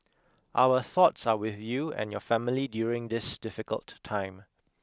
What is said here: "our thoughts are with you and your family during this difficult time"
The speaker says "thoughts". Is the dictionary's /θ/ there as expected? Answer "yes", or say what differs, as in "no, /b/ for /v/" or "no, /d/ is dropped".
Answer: yes